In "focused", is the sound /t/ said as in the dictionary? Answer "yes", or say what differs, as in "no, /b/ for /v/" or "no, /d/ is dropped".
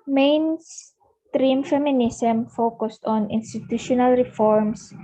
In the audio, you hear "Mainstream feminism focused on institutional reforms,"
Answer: yes